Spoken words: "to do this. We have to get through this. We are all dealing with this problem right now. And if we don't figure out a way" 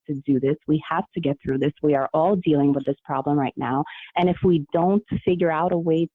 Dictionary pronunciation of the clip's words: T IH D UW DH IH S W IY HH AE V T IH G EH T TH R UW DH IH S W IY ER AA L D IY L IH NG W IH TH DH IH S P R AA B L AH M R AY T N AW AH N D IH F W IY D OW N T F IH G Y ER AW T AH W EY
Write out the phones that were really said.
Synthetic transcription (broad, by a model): T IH D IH DH IH S W IY HH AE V T IH G EH T TH R UW DH IH S W IY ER AA L D IY L IH NG W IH DH IH S P R AA B L AH M R AY T N AW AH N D IH F W IY D OW N T F IH G Y ER AW T AH W EY